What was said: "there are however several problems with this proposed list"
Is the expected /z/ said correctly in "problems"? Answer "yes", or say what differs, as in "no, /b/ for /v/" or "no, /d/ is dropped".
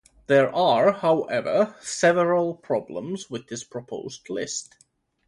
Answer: yes